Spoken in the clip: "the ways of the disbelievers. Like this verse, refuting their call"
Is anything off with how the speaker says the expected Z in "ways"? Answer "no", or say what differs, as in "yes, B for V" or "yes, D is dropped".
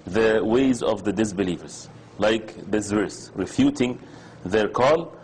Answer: no